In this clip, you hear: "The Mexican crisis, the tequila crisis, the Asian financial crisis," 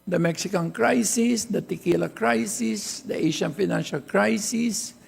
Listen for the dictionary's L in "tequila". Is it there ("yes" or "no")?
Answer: yes